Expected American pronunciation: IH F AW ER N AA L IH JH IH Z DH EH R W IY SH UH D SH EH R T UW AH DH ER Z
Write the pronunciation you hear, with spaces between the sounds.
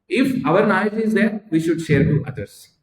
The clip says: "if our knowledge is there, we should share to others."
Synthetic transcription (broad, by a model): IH F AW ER N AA IH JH IH Z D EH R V IY SH UH D SH EH R T UW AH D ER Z